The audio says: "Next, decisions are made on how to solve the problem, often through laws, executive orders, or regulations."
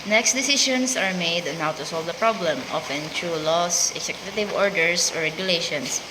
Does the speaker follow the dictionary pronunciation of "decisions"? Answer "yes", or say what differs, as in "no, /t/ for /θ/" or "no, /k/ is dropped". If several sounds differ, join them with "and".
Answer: no, /ʃ/ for /ʒ/ and /s/ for /z/